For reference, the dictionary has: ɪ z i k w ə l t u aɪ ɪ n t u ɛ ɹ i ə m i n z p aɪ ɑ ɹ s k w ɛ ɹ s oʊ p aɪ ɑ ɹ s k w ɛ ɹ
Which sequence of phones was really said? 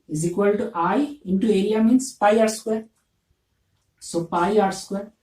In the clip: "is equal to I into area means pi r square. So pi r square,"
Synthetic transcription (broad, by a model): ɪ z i k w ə l t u aɪ ɪ n t u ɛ l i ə m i n s p aɪ ɑ ɹ s k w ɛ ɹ s oʊ p aɪ ɑ ɹ s k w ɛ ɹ